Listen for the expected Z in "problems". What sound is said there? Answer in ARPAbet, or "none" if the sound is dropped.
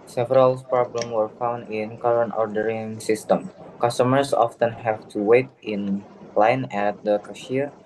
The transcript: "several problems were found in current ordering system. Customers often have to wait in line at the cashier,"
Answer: none